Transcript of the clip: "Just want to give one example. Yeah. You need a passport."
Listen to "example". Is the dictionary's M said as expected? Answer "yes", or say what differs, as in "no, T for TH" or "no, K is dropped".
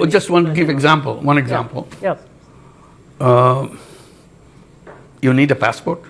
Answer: yes